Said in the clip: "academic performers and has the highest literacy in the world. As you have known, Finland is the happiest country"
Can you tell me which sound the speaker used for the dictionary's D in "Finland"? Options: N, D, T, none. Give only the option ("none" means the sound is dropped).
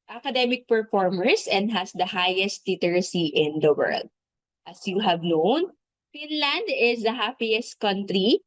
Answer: D